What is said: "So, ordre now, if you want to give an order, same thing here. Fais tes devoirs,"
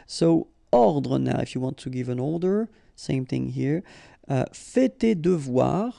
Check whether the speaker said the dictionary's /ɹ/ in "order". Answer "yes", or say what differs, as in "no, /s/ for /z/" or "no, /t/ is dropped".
no, /l/ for /ɹ/